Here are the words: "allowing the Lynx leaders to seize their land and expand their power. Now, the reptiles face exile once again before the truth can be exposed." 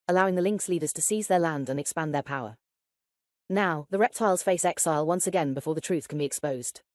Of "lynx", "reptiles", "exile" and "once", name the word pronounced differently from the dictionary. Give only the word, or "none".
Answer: none